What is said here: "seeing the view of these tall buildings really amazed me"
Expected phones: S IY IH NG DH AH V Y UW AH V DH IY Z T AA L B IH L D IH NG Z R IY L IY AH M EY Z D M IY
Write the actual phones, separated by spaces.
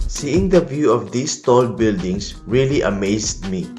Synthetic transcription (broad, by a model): S IY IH NG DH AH V Y UW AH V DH IY S T AA L B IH L D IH NG S R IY L IY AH M EY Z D M IY